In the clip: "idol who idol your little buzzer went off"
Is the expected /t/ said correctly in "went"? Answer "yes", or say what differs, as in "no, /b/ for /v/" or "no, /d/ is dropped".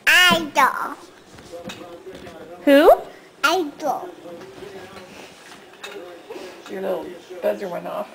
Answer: no, /t/ is dropped